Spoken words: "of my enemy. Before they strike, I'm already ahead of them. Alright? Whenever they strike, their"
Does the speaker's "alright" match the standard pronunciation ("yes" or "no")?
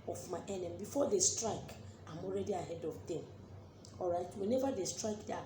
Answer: yes